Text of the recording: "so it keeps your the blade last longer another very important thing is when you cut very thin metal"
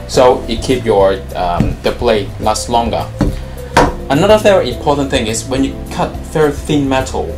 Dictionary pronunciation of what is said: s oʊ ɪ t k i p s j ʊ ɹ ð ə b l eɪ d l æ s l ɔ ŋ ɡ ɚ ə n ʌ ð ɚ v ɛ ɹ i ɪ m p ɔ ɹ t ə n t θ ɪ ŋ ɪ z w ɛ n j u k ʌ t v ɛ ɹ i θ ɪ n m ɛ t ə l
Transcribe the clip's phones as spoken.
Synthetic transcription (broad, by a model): s oʊ ɪ t k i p j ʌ ɹ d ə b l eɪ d l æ s l ɔ ŋ ɡ ɚ ə n ʌ ð ɚ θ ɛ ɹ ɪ m p ɔ ɹ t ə n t θ ɪ ŋ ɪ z w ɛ n j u k ʌ t f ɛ ɹ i θ ɪ n m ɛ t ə l